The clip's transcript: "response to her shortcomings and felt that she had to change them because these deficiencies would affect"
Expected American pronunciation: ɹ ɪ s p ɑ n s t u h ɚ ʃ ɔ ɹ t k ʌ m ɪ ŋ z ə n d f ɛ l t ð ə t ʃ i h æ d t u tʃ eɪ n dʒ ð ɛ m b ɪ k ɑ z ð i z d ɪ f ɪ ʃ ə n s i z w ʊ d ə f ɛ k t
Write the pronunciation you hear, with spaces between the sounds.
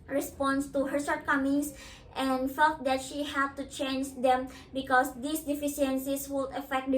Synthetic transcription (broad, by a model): ɹ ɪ s p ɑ n s t u h ɚ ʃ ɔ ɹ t k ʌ m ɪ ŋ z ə n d f ɛ l t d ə t ʃ i h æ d t u tʃ eɪ n dʒ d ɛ m b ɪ k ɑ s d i s d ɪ f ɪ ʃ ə n s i s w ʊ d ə f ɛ k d